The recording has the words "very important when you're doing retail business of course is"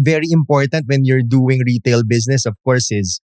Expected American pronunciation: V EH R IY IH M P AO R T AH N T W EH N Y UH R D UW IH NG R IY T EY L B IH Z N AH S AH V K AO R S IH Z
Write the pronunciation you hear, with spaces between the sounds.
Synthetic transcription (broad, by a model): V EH R IY IH M P AO R T AH N T W EH N Y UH R D UW IH NG R IY T EY L B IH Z N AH S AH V K AO R S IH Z